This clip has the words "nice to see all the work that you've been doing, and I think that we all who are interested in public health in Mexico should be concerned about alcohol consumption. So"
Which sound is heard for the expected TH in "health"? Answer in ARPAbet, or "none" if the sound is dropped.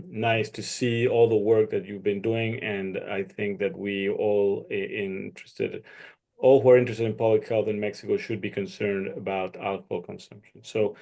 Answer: TH